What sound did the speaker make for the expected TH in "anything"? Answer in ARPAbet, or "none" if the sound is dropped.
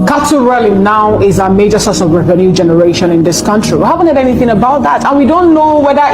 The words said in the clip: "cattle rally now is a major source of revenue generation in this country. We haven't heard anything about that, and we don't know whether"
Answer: TH